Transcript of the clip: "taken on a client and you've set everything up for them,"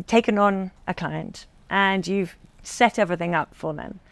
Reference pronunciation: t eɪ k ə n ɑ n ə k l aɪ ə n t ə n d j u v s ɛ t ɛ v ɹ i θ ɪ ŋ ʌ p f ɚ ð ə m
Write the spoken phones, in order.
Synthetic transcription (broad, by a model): t eɪ k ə n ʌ n ə k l aɪ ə n t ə n j u v s ɛ t ɛ v ɹ i θ ɪ ŋ ʌ p f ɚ ð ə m